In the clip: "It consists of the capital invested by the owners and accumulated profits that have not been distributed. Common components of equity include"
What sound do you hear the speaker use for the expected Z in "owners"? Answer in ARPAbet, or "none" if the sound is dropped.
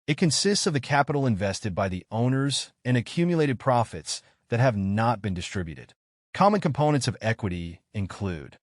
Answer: Z